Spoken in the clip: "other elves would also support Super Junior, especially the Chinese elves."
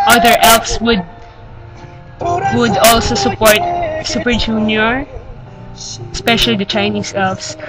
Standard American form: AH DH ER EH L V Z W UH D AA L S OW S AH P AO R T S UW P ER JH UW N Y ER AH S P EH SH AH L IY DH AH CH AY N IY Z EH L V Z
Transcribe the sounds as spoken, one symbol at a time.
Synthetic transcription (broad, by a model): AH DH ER EH L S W W UH D AA L S OW S AH P AO R T S UW P ER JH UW N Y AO AH S P EH SH AH L IY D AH CH AY N IY S EH L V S